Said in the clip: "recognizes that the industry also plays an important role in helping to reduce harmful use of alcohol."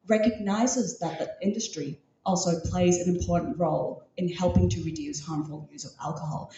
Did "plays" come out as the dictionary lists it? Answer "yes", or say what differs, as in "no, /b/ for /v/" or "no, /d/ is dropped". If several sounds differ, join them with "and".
yes